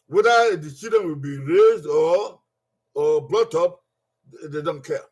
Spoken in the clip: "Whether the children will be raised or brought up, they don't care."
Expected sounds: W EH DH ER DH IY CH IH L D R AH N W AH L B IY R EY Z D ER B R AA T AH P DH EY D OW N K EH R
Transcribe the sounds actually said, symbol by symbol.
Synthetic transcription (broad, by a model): W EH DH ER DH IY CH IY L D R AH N W AH L B IY R EY Z D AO B L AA T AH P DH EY D OW N K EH